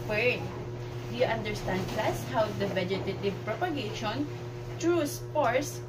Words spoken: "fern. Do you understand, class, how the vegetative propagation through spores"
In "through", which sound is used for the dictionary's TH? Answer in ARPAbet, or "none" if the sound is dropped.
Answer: T